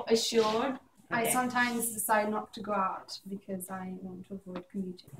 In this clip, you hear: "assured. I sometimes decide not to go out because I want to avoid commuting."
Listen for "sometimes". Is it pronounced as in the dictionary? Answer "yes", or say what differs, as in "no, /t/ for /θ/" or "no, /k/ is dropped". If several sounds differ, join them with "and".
yes